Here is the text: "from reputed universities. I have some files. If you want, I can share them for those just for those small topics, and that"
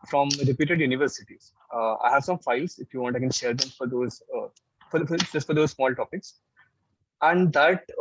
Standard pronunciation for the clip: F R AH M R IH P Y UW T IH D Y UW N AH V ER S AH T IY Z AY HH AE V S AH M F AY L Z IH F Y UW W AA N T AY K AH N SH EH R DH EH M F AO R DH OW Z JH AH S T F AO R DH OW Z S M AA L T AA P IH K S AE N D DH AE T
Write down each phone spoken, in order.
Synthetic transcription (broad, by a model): F R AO M R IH P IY T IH D Y UW N AH V ER S AH T IY Z AY HH AE V S AH M F AY L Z IH F Y UW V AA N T AY K AH N SH EH R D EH M F AO R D OW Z JH AH S T F AO R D OW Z S M AA L T AA P IH K S AE N D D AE T